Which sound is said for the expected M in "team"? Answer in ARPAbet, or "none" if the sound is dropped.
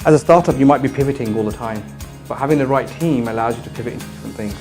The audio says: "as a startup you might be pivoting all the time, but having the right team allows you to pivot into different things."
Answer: M